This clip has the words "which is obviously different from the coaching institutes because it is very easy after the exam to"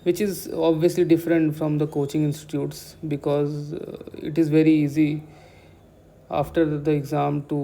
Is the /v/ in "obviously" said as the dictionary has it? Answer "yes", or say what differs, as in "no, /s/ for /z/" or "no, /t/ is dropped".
yes